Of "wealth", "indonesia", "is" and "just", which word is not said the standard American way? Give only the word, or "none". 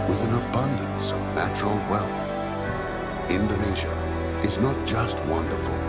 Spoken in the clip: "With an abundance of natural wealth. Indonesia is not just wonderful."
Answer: none